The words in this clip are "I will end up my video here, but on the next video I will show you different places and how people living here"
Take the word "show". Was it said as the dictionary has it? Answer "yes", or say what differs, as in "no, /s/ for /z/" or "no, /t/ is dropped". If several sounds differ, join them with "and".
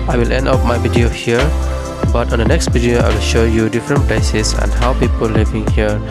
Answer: yes